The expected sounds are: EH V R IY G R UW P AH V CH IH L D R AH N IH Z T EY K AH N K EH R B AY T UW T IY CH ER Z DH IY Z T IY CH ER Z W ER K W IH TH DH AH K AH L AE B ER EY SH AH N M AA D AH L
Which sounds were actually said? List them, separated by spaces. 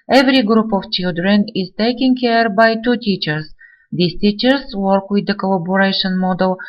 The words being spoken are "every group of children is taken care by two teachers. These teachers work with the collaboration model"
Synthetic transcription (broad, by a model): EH V R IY G R UW P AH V CH IH L D R AH N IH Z T EY K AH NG K EH R B AY T UW T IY CH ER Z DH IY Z T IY CH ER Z W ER K W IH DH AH K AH L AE B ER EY SH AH N M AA D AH L